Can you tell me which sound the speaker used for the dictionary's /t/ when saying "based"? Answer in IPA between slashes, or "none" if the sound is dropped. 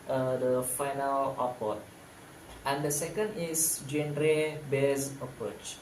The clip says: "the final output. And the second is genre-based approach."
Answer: none